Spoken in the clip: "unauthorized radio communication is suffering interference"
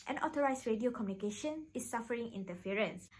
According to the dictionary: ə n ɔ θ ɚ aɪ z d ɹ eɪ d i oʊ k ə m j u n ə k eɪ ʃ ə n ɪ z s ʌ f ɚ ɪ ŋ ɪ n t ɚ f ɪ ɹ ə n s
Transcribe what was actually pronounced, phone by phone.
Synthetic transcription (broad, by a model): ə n ɔ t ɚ aɪ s ɹ eɪ d i oʊ k ə m j u n ə k eɪ ʃ ə n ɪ s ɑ f ɚ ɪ ŋ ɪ n t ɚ f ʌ ɹ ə n s